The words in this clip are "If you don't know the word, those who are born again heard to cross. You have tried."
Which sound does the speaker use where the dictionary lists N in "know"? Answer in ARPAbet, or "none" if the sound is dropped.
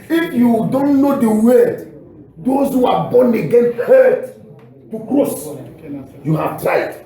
N